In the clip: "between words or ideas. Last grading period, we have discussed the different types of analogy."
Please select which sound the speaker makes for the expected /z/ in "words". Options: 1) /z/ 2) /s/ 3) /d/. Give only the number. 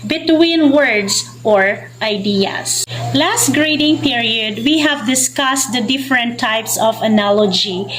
2